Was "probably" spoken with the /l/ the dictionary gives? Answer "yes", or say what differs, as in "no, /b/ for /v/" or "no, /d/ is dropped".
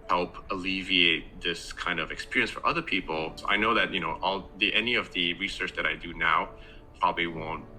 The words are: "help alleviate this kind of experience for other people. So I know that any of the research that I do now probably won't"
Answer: yes